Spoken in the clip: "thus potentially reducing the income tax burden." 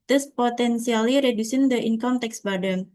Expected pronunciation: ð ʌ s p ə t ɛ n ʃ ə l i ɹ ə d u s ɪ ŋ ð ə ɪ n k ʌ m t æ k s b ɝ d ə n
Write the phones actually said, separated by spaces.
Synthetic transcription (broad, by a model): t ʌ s p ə t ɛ n s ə l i ɹ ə d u s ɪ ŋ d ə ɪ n k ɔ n t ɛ k s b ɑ d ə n